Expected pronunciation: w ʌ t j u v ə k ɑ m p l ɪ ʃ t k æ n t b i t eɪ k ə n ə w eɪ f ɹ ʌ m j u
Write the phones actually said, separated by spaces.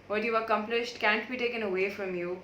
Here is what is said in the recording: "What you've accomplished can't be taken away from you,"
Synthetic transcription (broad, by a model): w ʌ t j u ə k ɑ m p l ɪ ʃ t k æ n t b i t eɪ k ə n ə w eɪ f ɹ ʌ m j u